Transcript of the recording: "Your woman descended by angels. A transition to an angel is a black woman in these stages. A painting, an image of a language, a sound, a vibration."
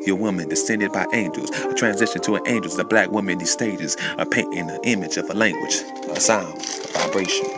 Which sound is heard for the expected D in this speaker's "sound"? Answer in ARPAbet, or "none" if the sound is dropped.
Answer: none